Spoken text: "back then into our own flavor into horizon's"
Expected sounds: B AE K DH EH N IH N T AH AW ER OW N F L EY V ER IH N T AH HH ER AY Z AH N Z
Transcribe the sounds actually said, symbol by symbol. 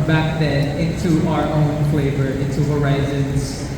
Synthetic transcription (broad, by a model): B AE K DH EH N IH T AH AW ER OW N F L EY V ER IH T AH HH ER AY Z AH N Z